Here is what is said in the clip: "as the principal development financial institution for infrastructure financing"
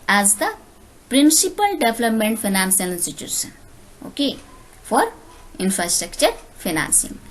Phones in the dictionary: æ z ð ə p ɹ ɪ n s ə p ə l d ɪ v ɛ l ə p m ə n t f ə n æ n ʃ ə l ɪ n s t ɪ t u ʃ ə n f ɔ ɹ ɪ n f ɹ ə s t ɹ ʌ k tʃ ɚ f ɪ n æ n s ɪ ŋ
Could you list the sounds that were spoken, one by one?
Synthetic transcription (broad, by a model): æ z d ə p ɹ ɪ n s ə p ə l d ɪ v l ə p m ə n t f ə n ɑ n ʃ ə l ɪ n s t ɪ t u s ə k f ɔ ɹ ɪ n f ɹ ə s t ɹ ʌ k tʃ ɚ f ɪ n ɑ n s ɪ ŋ